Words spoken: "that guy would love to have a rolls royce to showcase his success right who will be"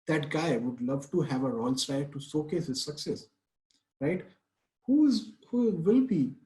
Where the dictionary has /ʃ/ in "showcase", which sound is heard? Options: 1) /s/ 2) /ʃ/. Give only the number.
1